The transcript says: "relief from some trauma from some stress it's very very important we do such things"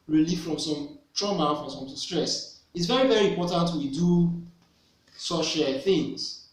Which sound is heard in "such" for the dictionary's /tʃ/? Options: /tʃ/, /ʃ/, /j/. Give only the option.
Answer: /ʃ/